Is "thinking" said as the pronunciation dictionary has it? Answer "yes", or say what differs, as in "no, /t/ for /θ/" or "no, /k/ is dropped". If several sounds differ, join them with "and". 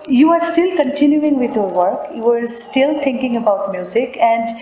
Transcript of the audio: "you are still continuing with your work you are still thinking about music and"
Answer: no, /t/ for /θ/